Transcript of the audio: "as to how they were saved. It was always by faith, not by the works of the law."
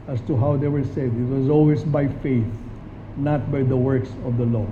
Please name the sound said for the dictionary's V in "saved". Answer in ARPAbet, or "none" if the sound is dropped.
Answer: none